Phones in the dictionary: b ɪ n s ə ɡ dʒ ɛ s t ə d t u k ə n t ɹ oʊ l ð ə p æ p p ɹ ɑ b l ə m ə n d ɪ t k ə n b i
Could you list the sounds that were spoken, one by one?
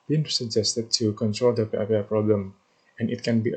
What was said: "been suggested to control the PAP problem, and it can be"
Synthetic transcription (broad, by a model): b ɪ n s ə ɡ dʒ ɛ s t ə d t u k ə n t ɹ oʊ l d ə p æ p p ɹ ɑ b l ə m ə n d ɪ t k ə n b i